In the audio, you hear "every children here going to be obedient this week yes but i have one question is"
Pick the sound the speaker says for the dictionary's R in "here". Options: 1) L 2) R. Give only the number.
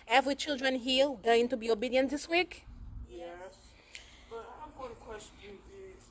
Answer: 1